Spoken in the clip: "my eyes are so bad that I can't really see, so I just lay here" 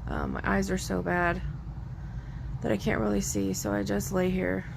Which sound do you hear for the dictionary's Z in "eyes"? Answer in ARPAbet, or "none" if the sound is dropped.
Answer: Z